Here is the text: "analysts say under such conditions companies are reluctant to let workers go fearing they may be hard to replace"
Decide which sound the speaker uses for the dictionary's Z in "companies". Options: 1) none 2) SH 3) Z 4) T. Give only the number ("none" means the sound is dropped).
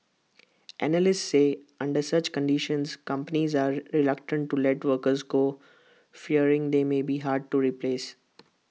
3